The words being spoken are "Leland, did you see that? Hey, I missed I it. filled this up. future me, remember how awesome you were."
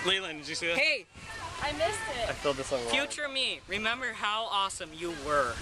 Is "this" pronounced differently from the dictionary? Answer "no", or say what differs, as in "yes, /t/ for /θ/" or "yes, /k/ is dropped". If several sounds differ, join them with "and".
no